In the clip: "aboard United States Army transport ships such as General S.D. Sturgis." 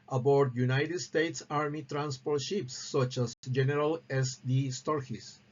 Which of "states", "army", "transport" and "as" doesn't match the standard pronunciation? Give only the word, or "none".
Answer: as